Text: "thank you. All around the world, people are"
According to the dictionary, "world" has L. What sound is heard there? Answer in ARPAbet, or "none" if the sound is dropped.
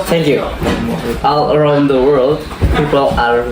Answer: L